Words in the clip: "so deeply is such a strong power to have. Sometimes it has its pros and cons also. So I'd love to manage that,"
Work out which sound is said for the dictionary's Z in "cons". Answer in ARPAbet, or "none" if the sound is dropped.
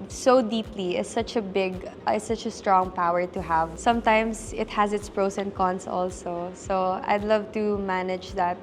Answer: S